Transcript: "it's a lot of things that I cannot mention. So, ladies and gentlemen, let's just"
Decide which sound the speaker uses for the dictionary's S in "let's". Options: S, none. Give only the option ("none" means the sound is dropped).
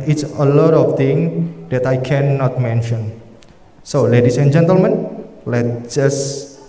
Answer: none